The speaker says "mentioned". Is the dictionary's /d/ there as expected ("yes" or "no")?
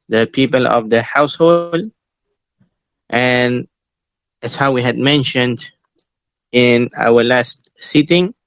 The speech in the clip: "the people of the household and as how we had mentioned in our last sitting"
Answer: yes